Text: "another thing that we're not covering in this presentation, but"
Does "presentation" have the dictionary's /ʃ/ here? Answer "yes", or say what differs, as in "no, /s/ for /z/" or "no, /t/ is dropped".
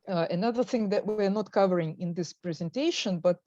yes